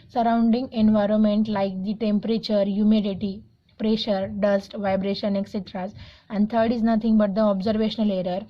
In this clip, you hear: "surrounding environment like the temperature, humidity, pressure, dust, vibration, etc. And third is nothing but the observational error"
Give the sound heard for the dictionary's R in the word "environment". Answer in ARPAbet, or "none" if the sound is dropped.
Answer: R